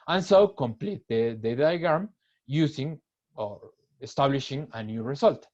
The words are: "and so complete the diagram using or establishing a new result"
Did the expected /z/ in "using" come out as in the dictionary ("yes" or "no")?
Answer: no